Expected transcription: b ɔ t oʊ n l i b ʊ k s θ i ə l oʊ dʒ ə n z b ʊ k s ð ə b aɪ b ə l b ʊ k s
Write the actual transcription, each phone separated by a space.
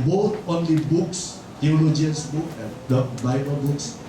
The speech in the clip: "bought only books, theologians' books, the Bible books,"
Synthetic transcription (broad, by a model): b ɔ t oʊ n l i b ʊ k s t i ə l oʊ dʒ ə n s b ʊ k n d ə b aɪ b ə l b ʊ k s